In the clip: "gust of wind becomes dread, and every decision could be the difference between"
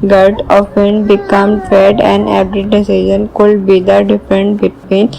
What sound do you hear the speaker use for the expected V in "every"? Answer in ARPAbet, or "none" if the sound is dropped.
P